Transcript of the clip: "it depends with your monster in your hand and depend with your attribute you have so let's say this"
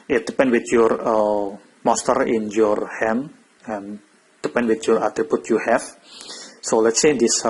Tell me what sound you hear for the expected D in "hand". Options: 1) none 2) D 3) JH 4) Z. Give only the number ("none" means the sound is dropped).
1